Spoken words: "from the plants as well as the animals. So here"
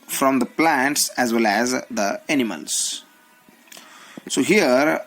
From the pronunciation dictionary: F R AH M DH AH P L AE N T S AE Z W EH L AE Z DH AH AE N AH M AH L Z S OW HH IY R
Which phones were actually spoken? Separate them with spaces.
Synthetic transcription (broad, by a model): F R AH M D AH P L AE N T S AE Z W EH L AE Z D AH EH N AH M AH L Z S OW HH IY R